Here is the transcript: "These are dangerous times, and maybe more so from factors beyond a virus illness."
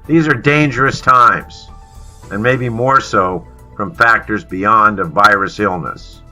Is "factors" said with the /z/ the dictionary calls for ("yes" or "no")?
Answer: yes